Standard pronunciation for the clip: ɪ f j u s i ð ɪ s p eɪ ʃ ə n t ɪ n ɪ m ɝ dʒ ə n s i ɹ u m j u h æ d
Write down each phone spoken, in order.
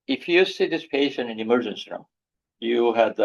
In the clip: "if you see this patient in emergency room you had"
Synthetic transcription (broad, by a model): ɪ f j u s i ð ɪ s p eɪ ʃ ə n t ɪ n ɪ m ɝ dʒ ə n s i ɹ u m j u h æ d